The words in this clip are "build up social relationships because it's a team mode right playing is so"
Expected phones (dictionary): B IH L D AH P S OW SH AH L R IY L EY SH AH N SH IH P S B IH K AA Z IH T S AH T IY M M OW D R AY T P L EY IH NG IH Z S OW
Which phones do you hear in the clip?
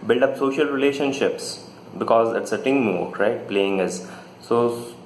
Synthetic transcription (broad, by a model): B IH L D AH P S OW SH AH L R IY L EY SH AH N SH IH P S B IH K AA Z IH T S AH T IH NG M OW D R AY T P L EY IH NG IH Z S OW